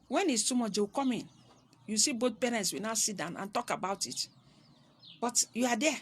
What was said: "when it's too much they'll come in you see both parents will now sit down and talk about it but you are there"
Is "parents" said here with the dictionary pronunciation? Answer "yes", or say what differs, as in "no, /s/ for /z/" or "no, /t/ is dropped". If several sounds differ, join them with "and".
yes